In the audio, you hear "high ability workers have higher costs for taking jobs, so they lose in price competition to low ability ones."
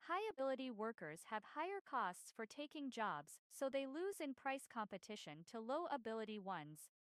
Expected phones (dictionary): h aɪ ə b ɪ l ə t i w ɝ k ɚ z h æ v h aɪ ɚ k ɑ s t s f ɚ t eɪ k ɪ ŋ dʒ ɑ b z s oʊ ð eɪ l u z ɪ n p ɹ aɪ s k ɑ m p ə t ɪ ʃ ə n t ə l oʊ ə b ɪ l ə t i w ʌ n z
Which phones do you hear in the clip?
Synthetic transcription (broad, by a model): h aɪ ə b ɪ l ə t i w ɝ k ɚ z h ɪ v h aɪ ɚ k ɑ s t s f ɚ t eɪ k ɪ ŋ dʒ ɑ b z s oʊ ð eɪ l u z ɪ n p ɹ aɪ s k ɑ m p ə t ɪ ʃ ə n t ə l oʊ ə b ɪ l ə t i w ʌ n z